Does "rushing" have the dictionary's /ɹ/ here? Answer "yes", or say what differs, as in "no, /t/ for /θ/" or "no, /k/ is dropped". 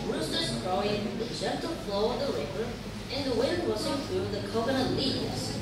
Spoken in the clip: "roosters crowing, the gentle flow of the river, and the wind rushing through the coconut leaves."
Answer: no, /w/ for /ɹ/